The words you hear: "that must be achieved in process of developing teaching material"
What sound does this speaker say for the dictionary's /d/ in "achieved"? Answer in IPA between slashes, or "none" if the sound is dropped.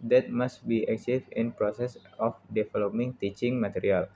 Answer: none